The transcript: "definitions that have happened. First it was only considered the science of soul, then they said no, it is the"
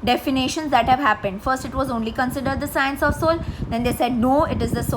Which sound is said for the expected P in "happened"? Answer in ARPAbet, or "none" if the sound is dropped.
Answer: P